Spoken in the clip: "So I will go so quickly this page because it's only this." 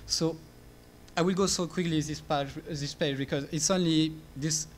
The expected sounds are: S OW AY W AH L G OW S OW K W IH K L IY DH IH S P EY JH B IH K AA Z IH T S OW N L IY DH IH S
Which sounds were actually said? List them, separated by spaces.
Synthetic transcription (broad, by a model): S OW AY W AH L G OW S OW K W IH K L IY DH IH S P EY JH B IH K AA Z IH T S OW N L IY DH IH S